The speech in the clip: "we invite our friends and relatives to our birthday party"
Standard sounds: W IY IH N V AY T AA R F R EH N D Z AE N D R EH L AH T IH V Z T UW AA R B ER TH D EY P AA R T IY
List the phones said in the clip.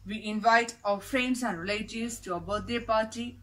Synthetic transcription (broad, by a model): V IY IH N V AY T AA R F R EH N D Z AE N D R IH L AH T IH Z T UW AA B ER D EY P AA R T IY